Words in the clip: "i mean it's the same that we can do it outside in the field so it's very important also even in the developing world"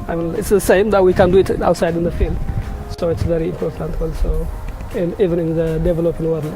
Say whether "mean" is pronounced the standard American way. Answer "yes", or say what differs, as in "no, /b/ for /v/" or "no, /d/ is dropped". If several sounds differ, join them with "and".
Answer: no, /l/ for /n/